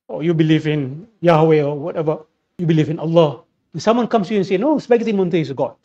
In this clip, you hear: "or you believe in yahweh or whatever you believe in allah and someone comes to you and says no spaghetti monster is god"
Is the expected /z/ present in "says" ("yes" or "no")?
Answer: no